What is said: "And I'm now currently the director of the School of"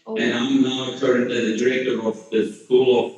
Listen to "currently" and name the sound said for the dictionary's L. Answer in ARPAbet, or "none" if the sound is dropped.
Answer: none